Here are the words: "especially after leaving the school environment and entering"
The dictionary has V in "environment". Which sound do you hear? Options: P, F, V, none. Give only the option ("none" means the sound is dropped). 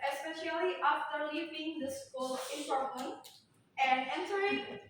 P